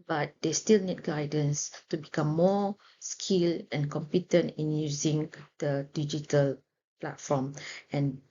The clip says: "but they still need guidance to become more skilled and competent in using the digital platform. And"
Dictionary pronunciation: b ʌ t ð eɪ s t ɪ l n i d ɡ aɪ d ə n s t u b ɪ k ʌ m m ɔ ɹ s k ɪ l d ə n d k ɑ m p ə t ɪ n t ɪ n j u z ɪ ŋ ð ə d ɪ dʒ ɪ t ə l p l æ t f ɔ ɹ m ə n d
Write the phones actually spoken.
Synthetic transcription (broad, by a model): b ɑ t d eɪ s t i l n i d ɡ aɪ d ə n s t u b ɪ k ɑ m m ɔ s k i l ə n k ɑ m p ə t ɪ n t ɪ n j u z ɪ ŋ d ə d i dʒ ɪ t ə l p l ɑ t f ɔ m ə n